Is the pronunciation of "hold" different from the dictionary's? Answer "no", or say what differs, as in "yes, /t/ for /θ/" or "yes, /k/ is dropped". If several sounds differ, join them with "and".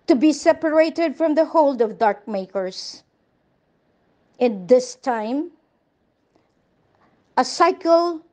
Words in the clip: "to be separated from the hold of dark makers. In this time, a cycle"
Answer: no